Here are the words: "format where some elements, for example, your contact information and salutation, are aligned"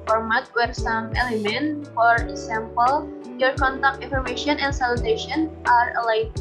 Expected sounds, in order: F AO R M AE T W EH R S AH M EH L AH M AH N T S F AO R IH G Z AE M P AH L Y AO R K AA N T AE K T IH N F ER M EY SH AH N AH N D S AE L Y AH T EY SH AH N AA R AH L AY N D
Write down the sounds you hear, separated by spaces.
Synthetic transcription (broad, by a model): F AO R M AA T W EH R S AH M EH L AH M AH N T F AO R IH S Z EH M P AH L Y AO R K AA N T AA K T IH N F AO M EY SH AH N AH N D S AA L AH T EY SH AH N AA R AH L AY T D